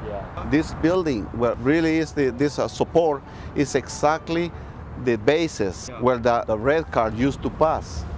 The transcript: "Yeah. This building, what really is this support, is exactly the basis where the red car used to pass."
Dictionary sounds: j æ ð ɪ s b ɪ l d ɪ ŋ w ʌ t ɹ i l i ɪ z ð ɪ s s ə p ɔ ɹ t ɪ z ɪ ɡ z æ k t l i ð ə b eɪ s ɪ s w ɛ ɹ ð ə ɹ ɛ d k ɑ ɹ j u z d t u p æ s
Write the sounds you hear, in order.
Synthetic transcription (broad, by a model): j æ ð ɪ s b ɪ l d ɪ ŋ w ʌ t ɹ i l i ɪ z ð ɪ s s ə p ɔ ɹ t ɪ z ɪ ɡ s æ k t l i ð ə b eɪ s ɪ s w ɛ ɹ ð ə ɹ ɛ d k ɑ ɹ j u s t u p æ s